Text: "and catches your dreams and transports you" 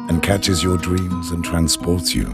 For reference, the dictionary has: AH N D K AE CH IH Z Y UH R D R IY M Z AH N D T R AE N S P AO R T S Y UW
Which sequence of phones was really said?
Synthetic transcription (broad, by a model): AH N K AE CH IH Z Y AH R D R IY M Z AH N T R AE N S P AO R T S Y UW